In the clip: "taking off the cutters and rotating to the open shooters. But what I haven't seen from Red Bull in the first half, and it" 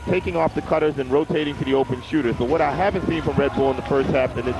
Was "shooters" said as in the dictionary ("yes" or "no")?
yes